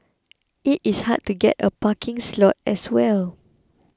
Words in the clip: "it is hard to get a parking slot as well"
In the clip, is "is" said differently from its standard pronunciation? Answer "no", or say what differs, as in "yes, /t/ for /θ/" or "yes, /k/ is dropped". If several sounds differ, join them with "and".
yes, /s/ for /z/